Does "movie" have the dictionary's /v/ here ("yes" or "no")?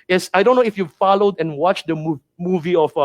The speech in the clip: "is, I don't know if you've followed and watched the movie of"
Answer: yes